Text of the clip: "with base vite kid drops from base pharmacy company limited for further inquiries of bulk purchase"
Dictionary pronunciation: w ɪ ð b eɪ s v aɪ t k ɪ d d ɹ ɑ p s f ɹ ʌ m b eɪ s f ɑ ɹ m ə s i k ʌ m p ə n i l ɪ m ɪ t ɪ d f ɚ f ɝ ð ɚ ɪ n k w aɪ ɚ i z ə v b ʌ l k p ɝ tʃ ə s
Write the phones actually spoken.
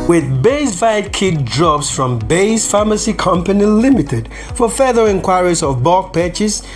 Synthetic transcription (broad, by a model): w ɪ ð b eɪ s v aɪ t k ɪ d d ɹ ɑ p s f ɹ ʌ m b eɪ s f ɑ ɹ m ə s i k ʌ m p ə n i l ɪ m ɪ t ɪ d f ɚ f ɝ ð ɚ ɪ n k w aɪ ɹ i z ə v b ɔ k p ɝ tʃ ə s